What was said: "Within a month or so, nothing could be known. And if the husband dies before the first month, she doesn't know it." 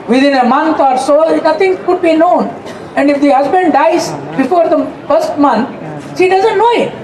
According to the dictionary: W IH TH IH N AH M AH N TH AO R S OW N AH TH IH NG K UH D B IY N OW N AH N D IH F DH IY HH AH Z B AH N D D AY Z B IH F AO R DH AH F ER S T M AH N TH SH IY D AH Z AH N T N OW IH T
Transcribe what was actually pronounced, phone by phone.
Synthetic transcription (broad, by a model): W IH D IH N AH M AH N T AO R S OW N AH T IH NG K UH D B IY N OW N AH N D IH F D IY HH AH Z B AH N D D AY Z B IH F AO R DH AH F ER S T M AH N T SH IY D AH Z AH N T N OW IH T